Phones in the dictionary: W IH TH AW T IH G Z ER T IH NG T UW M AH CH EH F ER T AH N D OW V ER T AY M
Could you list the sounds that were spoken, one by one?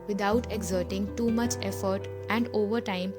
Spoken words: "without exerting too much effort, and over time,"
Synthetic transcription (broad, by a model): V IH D AW T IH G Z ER T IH NG T UW M AH CH EH F ER T AH N D OW V ER T AY M